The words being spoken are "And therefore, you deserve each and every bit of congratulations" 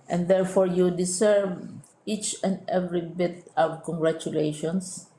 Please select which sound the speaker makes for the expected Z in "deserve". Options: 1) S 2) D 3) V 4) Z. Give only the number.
1